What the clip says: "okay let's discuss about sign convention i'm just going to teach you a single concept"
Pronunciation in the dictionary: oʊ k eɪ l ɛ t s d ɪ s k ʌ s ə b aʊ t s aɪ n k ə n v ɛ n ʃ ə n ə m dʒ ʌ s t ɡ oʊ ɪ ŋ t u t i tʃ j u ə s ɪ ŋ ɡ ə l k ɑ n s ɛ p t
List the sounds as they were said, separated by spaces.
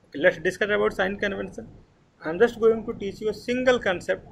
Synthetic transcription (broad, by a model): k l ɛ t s d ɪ s k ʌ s ə b aʊ t s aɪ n k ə n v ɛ n s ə n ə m dʒ ʌ s t ɡ oʊ ɪ ŋ t u t i tʃ j u ə s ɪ ŋ ɡ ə l k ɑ n s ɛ p t